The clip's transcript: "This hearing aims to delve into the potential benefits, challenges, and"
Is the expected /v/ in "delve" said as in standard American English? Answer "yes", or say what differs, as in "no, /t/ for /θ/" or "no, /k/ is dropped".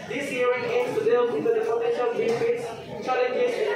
no, /w/ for /v/